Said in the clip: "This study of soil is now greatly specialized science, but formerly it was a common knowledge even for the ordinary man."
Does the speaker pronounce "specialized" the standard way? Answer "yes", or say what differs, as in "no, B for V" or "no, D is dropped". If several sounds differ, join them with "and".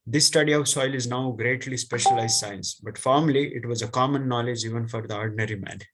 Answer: yes